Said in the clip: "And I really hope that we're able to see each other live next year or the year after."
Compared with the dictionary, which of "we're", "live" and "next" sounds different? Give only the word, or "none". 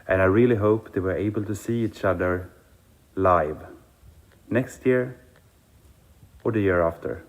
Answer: none